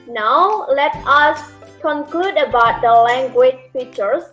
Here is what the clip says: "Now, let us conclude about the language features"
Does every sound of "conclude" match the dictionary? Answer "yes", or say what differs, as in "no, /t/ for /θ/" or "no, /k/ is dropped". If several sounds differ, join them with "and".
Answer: yes